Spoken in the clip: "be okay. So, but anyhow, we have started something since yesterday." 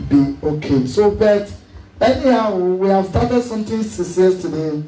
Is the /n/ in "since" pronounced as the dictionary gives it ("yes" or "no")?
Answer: no